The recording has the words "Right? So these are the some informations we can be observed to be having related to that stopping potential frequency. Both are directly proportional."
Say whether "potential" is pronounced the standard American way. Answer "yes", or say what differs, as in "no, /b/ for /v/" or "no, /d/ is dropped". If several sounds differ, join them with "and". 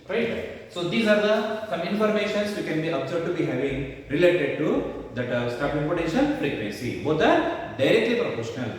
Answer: no, /n/ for /l/